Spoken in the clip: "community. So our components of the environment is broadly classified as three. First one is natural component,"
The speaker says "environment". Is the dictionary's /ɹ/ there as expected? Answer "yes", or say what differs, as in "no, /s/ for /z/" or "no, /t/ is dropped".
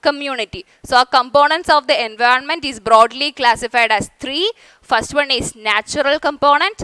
yes